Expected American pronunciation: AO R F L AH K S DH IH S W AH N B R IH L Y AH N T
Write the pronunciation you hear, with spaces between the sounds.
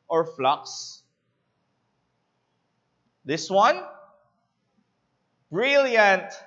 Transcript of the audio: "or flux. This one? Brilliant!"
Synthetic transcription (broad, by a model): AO R F L AH K S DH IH S W AH N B R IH L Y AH N T